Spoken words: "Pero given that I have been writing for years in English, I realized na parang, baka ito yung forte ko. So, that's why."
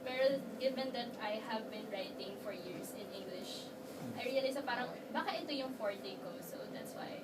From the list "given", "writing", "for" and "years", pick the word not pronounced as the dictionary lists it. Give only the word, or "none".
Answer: years